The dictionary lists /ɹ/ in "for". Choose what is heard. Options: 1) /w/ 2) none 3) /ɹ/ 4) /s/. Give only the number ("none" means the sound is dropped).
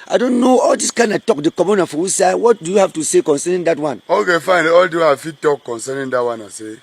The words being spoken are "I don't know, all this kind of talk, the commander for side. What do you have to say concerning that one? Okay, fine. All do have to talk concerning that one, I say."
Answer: 1